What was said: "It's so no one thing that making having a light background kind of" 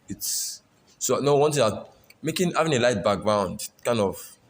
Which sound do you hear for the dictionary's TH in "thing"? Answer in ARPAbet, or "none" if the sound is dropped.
T